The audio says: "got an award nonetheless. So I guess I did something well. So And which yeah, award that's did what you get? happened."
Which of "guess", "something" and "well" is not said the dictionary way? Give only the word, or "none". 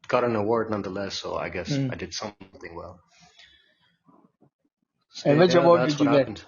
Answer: none